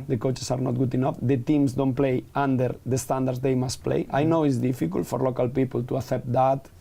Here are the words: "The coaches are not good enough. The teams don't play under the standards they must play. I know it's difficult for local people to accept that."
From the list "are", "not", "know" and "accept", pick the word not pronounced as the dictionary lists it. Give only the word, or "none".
accept